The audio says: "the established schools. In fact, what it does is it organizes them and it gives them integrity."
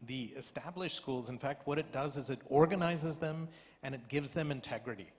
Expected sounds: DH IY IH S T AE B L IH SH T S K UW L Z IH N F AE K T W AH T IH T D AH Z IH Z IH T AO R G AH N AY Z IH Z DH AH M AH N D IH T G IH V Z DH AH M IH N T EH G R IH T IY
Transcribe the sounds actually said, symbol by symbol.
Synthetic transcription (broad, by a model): DH IY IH S T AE B L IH SH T S K UW L Z IH N F AE K T W AH T IH T D AH Z IH Z IH T AO R G AH N AY Z IH Z DH AH M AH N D IH T G IH V Z DH AH M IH N T EH G R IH T IY